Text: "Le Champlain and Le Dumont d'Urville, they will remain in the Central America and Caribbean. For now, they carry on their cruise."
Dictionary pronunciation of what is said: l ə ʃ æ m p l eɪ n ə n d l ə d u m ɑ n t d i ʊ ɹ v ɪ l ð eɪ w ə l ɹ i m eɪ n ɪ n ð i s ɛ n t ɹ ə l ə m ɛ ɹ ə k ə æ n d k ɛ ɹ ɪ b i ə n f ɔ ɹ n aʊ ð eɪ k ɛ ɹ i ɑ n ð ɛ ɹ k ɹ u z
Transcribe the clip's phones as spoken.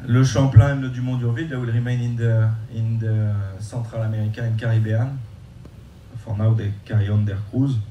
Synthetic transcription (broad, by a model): l ə ʃ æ p l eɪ ə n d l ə d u m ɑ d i ɹ v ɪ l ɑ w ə l ɹ i m eɪ n ɪ n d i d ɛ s t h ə l ə m ɛ ɹ ə k ə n k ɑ ɹ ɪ b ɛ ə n f ɔ ɹ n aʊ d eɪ k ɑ ɹ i ɑ n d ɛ ɹ k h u z